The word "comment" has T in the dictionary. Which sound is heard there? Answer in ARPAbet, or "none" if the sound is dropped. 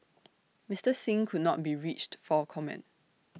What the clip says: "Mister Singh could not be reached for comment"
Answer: T